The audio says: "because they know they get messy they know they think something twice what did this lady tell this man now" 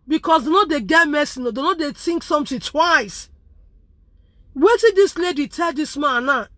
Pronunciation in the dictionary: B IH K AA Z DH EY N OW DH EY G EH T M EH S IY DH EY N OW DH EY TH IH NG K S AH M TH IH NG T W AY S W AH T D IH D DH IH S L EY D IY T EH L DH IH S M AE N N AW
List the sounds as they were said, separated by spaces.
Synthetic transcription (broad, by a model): B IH K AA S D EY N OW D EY G EH T M EH S IY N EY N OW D EY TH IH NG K S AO M T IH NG T W AY S W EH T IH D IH S L EY D IY T EH L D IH S M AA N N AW